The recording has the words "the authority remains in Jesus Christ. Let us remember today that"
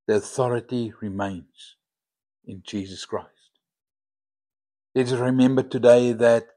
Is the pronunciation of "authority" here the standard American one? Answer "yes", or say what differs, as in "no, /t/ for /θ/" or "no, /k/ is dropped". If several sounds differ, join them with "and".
yes